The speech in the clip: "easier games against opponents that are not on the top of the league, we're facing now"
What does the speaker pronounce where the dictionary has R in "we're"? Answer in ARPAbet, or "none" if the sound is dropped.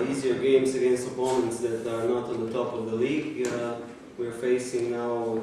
R